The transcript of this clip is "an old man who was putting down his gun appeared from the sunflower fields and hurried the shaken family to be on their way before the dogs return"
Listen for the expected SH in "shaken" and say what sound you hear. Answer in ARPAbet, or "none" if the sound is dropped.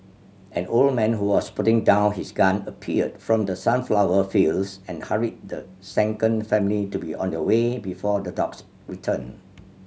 S